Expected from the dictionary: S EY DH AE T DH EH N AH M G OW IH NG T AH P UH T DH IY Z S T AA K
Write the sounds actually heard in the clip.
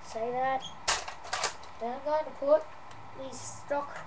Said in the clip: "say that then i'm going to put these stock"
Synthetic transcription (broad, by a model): S EY DH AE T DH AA AH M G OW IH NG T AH P UH T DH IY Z S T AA K